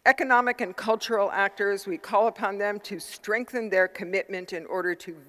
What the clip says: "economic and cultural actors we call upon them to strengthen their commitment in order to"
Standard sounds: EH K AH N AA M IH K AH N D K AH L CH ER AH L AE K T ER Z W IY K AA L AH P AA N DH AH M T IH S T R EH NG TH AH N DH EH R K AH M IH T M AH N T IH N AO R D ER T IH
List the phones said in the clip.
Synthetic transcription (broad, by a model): EH K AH N AA M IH K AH N K AH L CH ER L AE K T ER Z W IY K AA L AH P AA N DH AH M T IH S T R EH NG TH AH N DH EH R K AH M IH T M AH N T IH N AO R D ER T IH